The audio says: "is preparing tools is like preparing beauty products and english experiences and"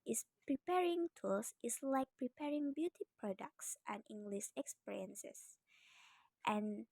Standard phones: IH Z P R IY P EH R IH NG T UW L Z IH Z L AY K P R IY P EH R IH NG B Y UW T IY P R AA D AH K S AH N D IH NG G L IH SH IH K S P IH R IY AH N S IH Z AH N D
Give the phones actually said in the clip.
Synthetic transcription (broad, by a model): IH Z P R IY P EH R IH NG T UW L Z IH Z L AY K P R IY P EH R IH NG B Y UW T IY P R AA D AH K S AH N IH NG G L IH SH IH K S P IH R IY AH N S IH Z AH N